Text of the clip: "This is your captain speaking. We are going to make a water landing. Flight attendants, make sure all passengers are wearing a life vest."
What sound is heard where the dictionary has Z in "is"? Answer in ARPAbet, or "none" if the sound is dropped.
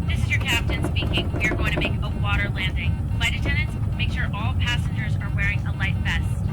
Z